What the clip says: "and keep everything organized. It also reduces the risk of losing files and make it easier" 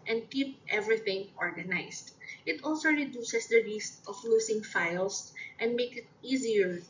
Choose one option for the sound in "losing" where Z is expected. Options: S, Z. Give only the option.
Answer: S